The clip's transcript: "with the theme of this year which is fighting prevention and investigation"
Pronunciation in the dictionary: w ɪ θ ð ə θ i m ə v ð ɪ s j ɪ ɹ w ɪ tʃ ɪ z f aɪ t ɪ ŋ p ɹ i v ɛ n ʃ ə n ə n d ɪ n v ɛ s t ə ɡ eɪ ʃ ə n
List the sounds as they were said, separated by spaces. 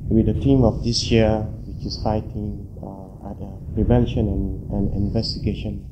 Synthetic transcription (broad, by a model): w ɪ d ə t i m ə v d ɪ s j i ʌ w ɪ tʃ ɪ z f aɪ t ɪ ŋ p ɹ i v ɛ n ʃ ə n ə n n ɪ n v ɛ s t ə ɡ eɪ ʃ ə n